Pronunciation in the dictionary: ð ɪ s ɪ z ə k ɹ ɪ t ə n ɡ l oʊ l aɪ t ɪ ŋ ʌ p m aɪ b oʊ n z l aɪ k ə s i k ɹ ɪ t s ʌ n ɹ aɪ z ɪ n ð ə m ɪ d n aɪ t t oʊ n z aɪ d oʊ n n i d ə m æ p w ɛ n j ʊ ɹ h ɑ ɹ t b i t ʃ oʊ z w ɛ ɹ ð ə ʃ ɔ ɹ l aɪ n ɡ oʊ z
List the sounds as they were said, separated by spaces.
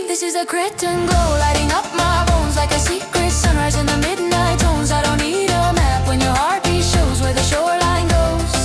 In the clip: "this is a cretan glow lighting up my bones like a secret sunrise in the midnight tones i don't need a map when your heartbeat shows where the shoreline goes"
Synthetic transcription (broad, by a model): ð ɪ s ɪ z ə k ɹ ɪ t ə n ɡ oʊ l aɪ t ɪ ŋ ʌ p m aɪ b oʊ n z l aɪ k ə s i k ɹ ɪ t s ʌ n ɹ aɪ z ɪ n ð ə m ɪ d n aɪ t t oʊ n z aɪ d oʊ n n i d ə m æ p w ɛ n j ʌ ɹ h ɑ ɹ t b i ʃ oʊ z w ɛ ɹ ð ə ʃ ɔ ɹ l aɪ n ɡ oʊ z